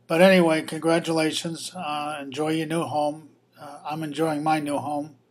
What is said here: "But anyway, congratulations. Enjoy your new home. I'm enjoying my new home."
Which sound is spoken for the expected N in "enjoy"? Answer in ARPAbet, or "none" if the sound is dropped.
N